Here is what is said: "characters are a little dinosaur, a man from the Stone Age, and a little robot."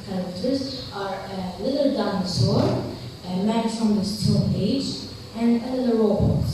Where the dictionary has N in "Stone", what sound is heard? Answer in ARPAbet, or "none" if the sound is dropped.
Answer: L